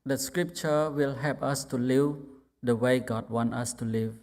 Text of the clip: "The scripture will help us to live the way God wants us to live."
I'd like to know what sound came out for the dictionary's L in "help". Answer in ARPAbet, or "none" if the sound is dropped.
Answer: none